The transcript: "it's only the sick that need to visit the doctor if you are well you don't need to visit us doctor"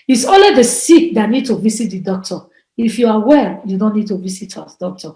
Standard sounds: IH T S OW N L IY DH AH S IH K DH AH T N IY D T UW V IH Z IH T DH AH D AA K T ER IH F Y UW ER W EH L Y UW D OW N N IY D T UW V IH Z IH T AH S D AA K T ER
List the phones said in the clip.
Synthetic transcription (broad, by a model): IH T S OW L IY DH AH S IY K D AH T N IY D T UW V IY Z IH T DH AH D AA K T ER IH F Y UW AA W EH L Y UW D OW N N IY D T UW V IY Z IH T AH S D AA K T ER